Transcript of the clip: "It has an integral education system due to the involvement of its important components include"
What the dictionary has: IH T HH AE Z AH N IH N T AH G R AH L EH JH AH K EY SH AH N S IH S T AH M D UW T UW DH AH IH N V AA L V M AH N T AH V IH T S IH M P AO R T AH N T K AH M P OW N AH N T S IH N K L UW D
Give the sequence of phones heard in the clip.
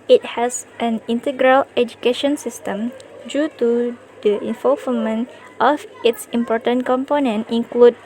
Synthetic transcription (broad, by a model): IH T HH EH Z AH N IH N T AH G R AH L EH JH AH K EY SH AH N S IH S T AH M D UW T UW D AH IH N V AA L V M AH N T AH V IH T S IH M P AO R T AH N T K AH M P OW N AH N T IH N K L UW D